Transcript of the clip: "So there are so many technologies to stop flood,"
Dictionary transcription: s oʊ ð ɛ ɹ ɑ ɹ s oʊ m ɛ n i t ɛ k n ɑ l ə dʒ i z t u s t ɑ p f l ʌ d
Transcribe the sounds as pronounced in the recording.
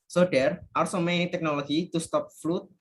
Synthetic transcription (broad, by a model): s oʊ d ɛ ɹ ɑ ɹ s oʊ m ɛ n i t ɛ k n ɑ l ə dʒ i t u s t ɑ p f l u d